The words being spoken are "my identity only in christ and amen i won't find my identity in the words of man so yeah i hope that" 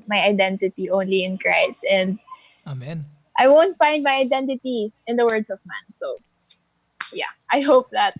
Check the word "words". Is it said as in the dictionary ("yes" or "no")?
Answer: no